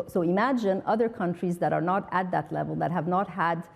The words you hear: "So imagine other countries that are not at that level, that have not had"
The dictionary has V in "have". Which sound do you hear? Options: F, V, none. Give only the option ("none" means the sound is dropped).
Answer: V